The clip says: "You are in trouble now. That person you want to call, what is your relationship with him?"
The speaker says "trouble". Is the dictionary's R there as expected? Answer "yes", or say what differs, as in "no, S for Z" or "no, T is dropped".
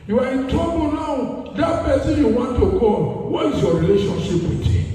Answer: no, R is dropped